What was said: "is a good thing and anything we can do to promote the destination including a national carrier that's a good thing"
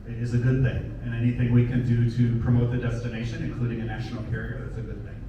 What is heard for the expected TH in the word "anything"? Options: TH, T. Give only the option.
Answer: TH